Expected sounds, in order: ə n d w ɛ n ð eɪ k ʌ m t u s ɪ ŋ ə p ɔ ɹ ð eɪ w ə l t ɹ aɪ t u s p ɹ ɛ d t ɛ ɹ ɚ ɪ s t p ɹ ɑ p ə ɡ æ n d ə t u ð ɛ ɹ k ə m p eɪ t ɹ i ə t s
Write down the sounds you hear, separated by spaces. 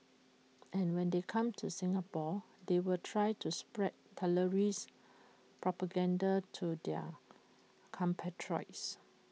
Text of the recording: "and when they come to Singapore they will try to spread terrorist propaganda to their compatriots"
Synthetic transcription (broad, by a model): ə n w ɛ n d eɪ k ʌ m t u s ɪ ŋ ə p ɔ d eɪ w ə l t ɹ aɪ t u s p ɹ ɛ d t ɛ l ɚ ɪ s p ɹ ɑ p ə ɡ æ n d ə t u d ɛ k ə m p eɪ t ɹ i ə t s